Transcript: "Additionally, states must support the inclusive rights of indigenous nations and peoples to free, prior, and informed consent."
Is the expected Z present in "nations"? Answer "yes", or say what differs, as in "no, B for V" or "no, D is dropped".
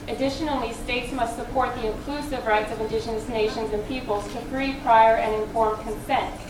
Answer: yes